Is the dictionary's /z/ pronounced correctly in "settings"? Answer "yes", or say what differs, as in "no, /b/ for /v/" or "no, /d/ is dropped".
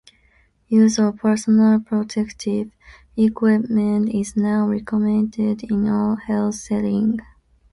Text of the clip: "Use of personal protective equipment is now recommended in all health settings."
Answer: no, /z/ is dropped